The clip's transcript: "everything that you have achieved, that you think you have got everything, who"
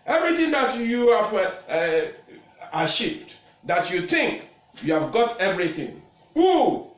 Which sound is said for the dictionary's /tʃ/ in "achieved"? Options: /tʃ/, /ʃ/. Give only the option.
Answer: /ʃ/